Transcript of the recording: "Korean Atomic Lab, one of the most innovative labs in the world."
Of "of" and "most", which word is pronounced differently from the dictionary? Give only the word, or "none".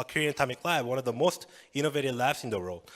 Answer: none